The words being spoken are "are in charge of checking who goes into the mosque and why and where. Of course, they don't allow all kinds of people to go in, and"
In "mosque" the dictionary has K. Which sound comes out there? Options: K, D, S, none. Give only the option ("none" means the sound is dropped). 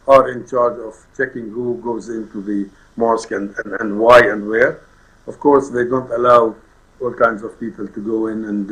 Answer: K